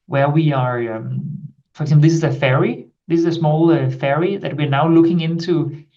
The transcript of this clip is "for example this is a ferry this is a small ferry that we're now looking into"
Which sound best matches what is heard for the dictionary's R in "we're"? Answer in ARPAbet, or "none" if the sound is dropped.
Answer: R